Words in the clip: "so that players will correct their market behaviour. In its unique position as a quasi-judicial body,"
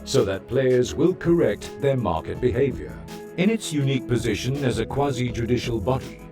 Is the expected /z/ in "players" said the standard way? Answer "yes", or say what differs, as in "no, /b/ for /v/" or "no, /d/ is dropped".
yes